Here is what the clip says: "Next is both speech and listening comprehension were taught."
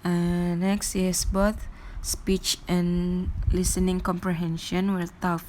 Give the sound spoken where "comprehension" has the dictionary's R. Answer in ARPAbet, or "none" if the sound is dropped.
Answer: R